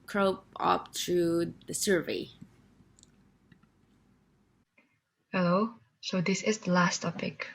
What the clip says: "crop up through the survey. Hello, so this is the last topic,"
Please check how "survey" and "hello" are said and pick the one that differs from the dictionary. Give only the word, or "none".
none